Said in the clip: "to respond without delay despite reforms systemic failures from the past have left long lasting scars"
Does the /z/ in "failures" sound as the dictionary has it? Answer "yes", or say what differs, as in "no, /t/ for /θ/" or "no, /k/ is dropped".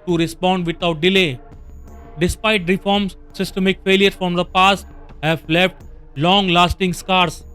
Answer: no, /z/ is dropped